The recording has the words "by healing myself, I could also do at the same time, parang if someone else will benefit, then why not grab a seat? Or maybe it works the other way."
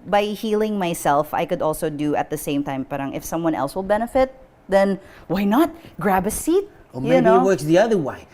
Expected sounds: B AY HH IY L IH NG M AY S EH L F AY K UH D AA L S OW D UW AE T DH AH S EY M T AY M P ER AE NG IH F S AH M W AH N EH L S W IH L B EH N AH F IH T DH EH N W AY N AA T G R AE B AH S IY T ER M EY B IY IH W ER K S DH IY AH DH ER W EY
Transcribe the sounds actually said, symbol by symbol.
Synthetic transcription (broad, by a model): B AY HH IY L IH NG M AY S EH L F AY K UH D AA L S OW D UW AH T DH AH S EY M T AY M P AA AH NG IH F S AH M W AH N EH L S W IH L B EH N AH F IH T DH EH N W AY N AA T G R AE B AH S IY T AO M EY IY IH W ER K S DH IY AH DH ER W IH